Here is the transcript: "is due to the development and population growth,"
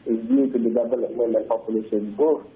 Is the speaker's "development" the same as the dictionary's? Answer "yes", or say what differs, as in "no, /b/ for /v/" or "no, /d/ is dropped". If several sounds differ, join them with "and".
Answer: no, /b/ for /v/